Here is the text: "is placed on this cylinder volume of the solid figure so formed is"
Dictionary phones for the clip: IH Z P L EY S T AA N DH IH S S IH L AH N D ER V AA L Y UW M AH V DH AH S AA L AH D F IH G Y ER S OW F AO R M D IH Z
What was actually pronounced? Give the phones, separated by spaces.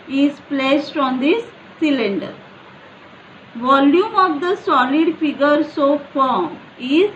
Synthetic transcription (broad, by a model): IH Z P L EY S T AA N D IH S S IH L AH N D ER V AA L Y UW M AH V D AH S AA L AH D F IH G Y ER S OW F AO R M IH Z